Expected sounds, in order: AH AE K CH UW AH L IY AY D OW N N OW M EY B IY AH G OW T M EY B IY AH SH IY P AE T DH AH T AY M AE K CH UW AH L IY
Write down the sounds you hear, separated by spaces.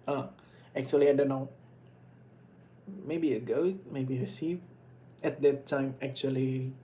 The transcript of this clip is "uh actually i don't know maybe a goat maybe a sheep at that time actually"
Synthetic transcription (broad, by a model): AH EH K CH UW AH L IY AY D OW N N OW M EY B IY AH G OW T M EY B IY AH S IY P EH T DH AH T AY M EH K CH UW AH L IY